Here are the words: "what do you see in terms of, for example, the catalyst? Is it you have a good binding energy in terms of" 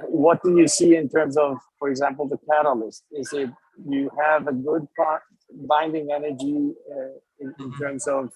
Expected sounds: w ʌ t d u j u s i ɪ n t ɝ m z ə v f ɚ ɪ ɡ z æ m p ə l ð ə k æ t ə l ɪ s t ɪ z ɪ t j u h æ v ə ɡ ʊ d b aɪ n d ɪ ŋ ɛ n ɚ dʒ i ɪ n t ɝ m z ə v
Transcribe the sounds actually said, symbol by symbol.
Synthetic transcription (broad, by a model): w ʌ t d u j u s i ɪ n t ɝ m z ə v f ɚ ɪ ɡ z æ m p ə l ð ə k æ t ə l ɪ s t ɪ z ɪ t j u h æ v ə ɡ ʊ d b aɪ n d ɪ ŋ ɛ n ɚ dʒ i ɪ n t ɝ m z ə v